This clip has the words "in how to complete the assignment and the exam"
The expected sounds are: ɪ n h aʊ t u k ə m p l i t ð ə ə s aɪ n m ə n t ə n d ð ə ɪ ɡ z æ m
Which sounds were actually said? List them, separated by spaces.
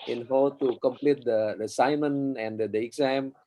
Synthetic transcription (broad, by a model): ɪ n h aʊ t u k ə m p l i t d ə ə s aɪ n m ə n ə n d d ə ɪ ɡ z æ m